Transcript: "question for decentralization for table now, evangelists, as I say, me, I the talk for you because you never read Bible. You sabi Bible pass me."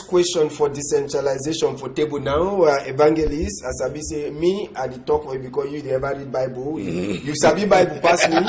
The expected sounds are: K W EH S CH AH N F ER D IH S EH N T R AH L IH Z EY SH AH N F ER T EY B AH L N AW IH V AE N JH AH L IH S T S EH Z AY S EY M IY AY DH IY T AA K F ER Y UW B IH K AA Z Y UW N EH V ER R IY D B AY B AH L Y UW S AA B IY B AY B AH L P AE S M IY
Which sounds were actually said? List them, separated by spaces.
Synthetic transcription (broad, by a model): K W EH S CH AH N F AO D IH S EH N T R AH L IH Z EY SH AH N F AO T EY B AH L N AW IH V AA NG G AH L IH S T S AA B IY S EY M IY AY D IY T AA K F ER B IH K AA Y UW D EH V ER R IY D B AY B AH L Y UW S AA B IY B AY B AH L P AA S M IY